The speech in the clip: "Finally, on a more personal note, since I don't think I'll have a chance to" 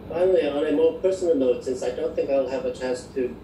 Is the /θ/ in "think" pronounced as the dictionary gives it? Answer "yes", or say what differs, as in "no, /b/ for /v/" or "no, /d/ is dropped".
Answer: yes